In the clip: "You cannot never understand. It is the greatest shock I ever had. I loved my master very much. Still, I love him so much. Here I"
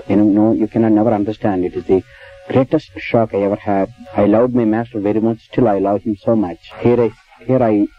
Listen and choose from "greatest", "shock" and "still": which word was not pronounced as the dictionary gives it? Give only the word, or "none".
none